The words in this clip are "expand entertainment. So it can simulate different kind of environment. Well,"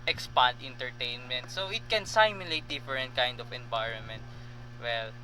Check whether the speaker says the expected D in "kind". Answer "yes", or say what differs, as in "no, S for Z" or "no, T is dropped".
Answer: yes